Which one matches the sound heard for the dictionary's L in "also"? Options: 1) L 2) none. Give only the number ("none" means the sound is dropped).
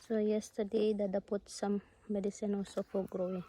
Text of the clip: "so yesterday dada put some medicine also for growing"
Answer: 2